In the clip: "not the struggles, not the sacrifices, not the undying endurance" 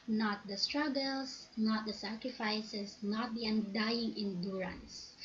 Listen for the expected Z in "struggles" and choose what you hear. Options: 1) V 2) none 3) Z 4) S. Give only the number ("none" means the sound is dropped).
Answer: 4